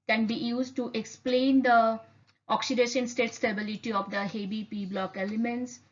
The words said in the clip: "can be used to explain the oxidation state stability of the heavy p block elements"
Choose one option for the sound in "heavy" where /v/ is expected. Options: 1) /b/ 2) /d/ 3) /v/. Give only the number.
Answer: 1